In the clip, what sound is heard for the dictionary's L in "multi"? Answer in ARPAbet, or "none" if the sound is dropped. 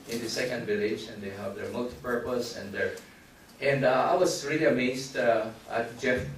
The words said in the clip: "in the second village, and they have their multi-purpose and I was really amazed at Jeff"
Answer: L